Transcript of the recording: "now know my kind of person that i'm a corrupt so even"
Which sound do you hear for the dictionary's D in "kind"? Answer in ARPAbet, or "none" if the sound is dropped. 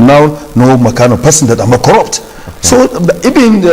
none